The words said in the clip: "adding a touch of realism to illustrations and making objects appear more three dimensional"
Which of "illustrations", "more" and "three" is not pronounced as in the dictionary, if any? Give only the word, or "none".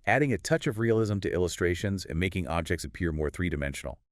none